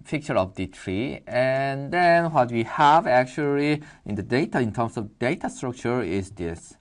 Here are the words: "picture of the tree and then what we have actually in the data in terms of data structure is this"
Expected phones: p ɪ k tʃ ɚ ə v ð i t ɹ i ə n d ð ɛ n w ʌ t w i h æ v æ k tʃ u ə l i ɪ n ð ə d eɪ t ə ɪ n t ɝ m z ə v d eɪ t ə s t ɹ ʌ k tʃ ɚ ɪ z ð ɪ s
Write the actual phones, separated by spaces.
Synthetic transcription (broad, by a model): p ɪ k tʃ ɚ ə v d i t ɹ i ə n d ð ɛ n w ʌ t w i h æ v æ k tʃ u ə l i ɪ n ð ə d eɪ t ə ɪ n t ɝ m s ə v d eɪ t ə s t ɹ ʌ k tʃ ɚ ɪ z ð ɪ s